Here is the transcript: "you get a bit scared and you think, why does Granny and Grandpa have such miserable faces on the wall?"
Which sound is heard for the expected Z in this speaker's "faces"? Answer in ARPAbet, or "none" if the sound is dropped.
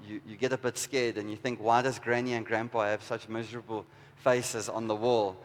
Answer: Z